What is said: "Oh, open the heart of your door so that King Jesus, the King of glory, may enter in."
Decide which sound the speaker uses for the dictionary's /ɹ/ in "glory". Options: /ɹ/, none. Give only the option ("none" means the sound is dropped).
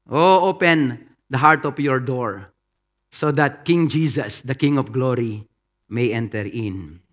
/ɹ/